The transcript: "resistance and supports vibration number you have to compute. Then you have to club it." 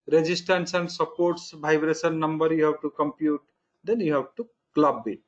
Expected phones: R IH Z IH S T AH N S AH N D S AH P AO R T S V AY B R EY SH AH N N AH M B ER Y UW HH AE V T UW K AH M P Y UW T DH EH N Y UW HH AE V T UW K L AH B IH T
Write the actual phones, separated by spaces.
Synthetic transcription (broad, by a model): R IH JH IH S T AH N S AH N D S AH P AO R T S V AY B R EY S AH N N AH M B ER Y UW HH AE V T UW K AH M P Y UW T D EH N Y UW HH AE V T UW K L AH B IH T